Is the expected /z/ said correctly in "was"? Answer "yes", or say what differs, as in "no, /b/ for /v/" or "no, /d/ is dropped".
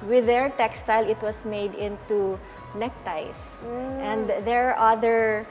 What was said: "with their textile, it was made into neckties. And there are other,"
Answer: no, /s/ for /z/